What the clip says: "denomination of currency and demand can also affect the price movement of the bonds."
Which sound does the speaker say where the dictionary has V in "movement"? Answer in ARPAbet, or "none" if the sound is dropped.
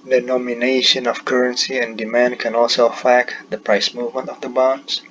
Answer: V